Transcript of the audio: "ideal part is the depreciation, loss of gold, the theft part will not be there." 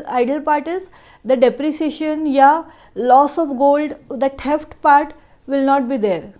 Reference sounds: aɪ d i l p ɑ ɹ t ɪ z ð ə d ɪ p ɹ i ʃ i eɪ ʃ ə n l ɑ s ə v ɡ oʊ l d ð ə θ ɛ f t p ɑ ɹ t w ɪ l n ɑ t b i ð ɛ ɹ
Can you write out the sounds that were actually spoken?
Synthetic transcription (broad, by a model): aɪ d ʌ l p ɑ ɹ t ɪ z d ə d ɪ p ɹ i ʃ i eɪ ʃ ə n l ɑ s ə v ɡ oʊ l d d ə t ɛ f t p ɑ ɹ t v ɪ l n ɑ t b i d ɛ ɹ